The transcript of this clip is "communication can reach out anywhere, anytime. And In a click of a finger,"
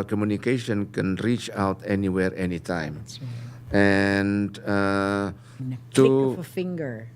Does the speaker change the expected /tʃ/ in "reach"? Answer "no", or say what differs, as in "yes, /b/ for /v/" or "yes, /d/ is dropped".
no